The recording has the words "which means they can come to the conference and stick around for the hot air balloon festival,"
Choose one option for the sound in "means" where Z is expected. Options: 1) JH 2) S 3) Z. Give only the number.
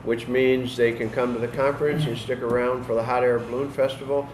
3